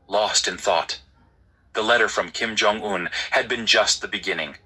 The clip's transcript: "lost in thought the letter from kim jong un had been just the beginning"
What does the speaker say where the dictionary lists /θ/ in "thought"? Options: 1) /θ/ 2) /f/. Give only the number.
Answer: 1